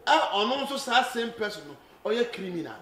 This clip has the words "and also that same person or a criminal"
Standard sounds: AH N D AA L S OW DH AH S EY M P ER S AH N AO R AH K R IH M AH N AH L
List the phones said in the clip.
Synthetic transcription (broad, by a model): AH N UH N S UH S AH S EY M P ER S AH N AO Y AH K R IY M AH N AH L